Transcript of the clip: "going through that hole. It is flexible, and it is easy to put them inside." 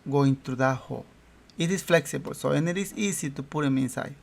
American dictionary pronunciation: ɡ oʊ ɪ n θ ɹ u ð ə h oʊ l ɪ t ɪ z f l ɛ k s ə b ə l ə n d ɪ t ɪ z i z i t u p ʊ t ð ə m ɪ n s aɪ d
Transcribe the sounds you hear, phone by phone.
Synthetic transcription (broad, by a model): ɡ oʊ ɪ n t ɹ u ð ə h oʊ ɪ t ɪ s f l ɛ k s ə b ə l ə n ɪ t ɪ s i s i t u p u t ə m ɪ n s aɪ